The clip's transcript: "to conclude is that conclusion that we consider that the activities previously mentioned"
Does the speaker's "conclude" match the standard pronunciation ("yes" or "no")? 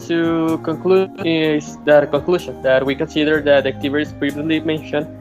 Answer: no